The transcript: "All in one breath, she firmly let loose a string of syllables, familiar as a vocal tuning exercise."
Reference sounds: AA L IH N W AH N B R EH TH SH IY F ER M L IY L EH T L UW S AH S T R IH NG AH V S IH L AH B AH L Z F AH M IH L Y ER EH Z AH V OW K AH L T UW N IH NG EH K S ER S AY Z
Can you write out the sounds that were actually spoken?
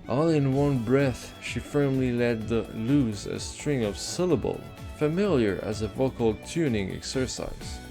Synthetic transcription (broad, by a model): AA L IH N W AH N B R EH TH SH IY F ER M L IY L EH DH L UW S AH S T R IH NG AH V S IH L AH B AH L F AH M IH L Y ER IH Z AH V OW K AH L T UW N IH NG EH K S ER S AY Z